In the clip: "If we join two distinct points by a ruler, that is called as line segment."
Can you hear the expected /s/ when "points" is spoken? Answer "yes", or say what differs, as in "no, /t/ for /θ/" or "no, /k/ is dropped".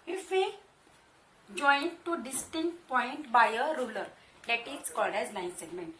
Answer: no, /s/ is dropped